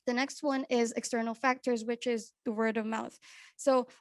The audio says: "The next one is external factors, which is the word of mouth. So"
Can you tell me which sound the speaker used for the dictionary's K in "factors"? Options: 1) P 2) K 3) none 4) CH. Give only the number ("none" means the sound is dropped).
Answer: 2